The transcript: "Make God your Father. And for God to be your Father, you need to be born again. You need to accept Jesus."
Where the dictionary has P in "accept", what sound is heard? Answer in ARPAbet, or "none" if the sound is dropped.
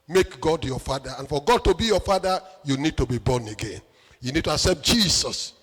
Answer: P